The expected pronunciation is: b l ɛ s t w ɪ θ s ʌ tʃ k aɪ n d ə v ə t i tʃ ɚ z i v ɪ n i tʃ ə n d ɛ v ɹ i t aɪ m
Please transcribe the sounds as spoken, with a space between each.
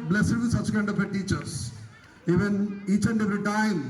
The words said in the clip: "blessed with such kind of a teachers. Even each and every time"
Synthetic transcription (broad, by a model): b l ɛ s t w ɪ s ʌ tʃ k aɪ n d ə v ə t i tʃ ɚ s i v ɪ n i tʃ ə n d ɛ ɹ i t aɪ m